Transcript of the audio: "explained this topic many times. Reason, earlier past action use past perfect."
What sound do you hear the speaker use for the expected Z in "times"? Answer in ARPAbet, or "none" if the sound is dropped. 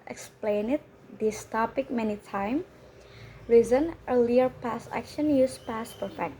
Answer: none